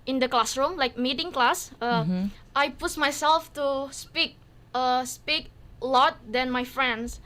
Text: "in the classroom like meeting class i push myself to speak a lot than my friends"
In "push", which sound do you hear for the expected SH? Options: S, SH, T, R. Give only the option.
S